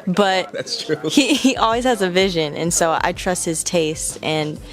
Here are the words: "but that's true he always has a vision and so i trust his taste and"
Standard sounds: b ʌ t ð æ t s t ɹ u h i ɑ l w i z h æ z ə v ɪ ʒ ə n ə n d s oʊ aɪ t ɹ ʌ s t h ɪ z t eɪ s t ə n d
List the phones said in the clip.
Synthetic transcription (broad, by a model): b ʌ t ð æ t s t ɹ u h i ɑ l w i z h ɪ z ə v ɪ ʒ ə n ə n s oʊ aɪ t ɹ ʌ s t h ɪ z t eɪ s t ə n